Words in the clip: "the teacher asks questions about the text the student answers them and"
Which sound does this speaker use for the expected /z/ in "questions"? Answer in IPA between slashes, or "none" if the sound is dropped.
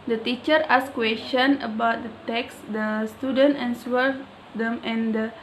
none